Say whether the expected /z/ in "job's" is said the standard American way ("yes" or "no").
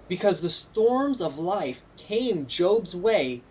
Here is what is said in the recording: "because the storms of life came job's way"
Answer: yes